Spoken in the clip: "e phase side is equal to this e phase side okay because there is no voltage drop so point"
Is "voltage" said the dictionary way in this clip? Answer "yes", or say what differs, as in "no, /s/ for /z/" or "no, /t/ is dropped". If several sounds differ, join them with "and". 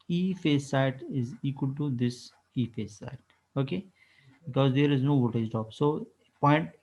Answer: no, /l/ is dropped